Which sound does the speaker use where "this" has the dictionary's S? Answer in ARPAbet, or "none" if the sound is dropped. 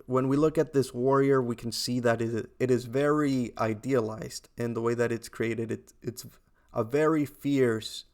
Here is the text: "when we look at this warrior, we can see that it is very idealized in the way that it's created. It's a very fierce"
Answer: S